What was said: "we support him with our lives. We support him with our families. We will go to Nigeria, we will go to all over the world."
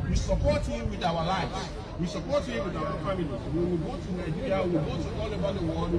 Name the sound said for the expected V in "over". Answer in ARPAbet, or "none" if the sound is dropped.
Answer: B